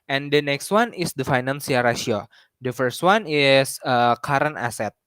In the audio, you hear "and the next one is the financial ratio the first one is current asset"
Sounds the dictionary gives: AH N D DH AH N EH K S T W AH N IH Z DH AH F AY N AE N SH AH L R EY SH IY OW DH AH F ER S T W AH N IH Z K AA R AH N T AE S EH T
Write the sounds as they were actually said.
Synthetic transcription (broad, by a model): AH N D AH N EH K S T W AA N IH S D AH F AY N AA N S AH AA R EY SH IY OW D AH F ER S T W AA N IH S K AA R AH N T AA S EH T